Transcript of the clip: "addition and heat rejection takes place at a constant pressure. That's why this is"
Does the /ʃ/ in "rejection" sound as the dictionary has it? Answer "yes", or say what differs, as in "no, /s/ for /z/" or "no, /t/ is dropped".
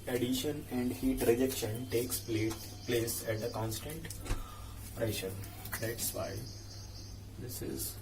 yes